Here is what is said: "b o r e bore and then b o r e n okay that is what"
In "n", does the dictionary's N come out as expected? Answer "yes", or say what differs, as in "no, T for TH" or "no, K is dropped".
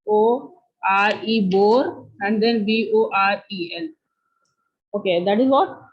no, L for N